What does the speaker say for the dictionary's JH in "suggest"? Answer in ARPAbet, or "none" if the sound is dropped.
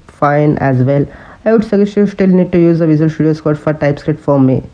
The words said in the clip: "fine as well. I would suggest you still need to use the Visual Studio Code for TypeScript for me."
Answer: none